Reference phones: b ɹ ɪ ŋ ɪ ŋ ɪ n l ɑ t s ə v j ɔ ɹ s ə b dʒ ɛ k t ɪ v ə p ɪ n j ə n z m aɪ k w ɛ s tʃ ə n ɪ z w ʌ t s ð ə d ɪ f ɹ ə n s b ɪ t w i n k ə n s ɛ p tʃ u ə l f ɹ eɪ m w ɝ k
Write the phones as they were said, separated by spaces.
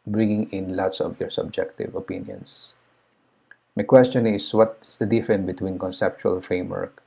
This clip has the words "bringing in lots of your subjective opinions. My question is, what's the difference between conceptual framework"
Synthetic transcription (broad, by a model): b ɹ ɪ ŋ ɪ ŋ ɪ n l ɑ t s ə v j ɔ ɹ s ə b dʒ ɛ k t ɪ v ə p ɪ n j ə n s m aɪ k w ɛ s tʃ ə n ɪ s w ʌ t s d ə d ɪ f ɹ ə n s b ɪ t w i n k ə n s ɛ p tʃ u ə l f ɹ eɪ m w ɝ k